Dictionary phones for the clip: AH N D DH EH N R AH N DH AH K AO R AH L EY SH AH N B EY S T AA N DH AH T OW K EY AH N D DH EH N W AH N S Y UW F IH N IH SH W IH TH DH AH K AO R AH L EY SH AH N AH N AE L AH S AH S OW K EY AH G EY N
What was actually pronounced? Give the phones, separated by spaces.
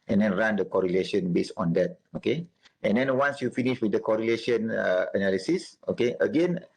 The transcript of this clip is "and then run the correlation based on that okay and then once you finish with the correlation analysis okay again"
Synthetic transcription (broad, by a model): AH N D EH N R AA N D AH K AO R AH L EY SH AH N B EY S AA N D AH T OW K EY AH N D EH N W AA N S Y UW F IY N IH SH W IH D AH K AO R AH L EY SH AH N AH N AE L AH S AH S OW K EY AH G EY N